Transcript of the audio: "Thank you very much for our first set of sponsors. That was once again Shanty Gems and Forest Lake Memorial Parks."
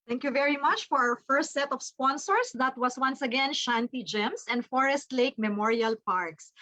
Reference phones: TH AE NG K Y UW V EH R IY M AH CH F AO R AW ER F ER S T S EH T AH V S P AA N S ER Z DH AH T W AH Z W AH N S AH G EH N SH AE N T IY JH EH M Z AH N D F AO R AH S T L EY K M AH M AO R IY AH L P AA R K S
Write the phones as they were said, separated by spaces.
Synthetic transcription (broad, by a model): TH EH NG K Y UW V EH R IY M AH CH F AO R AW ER F ER S T S EH T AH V S P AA N S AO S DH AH T W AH S W AH N S AH G EH N SH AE N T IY JH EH M S AH N D F AO R AH S T L EY K M AH M AO R IY AH L P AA R K S